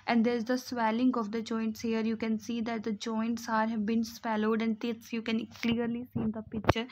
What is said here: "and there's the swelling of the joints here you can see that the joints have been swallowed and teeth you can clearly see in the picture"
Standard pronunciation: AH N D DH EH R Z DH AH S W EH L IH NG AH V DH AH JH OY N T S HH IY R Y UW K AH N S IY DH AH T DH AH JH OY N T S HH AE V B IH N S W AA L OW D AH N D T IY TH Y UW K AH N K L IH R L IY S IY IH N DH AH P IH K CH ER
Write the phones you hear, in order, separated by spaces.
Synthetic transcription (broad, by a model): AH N D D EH R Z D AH S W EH L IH NG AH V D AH JH OY N T S HH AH R Y UW K AH N S IY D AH T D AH JH OY N T S HH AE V B IH N S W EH L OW D AH N D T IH S Y UW K AH N K L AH R L IY S IY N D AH P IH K CH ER